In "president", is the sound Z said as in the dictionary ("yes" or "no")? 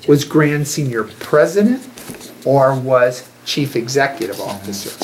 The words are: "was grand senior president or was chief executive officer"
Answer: yes